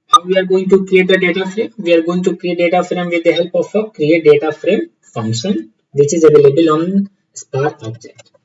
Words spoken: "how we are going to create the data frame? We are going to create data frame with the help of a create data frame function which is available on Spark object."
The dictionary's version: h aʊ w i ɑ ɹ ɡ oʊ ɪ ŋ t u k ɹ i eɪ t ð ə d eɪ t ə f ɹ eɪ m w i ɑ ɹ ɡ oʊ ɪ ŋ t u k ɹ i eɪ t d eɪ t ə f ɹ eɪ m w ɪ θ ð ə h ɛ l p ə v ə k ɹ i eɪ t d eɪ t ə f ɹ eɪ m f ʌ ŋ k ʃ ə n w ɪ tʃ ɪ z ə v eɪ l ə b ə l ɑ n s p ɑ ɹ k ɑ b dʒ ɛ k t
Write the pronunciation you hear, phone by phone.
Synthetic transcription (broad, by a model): h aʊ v i ɑ ɹ ɡ oʊ ɪ ŋ t u k ɹ i eɪ t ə d eɪ t ə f ɹ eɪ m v i ɑ ɹ ɡ oʊ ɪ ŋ t u k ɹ i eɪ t d eɪ t ə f ɹ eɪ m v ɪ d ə h ɛ l p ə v ə k ɹ i eɪ t d eɪ t ə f ɹ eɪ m f ʌ ŋ k ʃ ə n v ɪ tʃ ɪ z ə v eɪ l ə b ə l ɑ n s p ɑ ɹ ɑ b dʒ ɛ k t